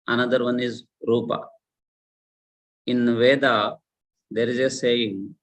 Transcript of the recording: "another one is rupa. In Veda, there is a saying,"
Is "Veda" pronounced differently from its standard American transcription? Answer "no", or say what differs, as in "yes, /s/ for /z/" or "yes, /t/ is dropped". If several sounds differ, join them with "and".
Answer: no